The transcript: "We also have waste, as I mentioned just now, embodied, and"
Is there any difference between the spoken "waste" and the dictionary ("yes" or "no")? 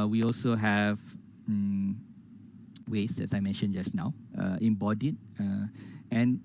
yes